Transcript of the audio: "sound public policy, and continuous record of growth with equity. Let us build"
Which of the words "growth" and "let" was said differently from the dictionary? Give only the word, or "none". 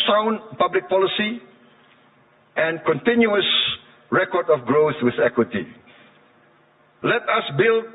none